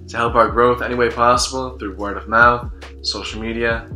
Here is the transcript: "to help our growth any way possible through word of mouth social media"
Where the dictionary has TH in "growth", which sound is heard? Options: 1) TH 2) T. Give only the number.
1